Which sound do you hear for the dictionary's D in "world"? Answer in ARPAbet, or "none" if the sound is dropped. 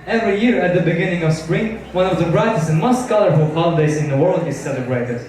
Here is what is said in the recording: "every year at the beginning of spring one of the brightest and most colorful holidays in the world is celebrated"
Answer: D